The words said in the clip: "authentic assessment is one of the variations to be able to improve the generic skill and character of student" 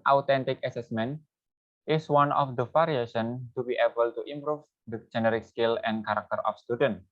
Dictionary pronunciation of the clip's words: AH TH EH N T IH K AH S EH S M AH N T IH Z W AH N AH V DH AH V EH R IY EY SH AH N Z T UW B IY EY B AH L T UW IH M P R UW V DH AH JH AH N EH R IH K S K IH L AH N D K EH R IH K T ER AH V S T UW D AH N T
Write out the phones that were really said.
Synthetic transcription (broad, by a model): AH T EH N T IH K AH S EH S M AH N T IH S W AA N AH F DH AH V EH R IY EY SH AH N T UW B IY EY B AH L T UW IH M P R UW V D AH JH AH N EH R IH K S K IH L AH N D K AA R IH K T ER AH F S T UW D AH N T